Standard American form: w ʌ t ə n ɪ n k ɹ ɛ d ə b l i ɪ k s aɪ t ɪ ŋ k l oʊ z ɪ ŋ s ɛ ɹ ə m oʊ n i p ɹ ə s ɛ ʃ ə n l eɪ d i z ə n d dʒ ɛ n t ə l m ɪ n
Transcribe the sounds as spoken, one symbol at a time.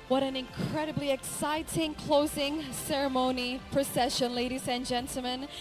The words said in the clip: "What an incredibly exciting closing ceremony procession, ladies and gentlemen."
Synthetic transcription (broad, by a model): w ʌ t ə n ɪ n k ɹ ɛ d ə b l i ɪ k s aɪ t ɪ ŋ k l oʊ z ɪ ŋ s ɛ ɹ ə m oʊ n i p ɹ ə s ɛ ʃ ə n l eɪ d i z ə n dʒ ɛ n t l m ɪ n